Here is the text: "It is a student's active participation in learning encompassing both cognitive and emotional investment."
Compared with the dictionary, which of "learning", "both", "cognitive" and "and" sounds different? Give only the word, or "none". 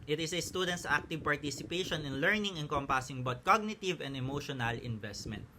both